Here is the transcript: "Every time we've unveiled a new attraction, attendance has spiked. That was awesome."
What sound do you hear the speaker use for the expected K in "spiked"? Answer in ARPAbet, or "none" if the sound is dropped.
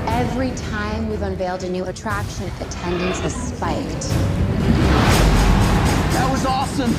K